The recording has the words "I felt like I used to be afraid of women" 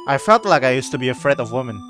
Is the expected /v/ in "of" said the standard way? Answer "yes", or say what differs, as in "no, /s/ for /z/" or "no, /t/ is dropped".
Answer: yes